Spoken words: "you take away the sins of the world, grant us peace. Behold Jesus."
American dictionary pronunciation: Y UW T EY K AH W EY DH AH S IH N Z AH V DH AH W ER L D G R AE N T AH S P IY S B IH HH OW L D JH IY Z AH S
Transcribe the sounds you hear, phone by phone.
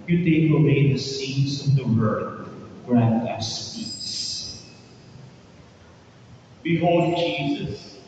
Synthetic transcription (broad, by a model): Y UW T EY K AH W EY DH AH S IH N S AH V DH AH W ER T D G R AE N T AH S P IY S B IH HH OW L D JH IY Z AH S